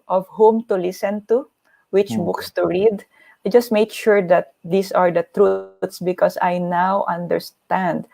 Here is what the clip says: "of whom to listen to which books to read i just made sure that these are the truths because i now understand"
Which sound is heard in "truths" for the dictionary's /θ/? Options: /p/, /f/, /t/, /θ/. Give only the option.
/t/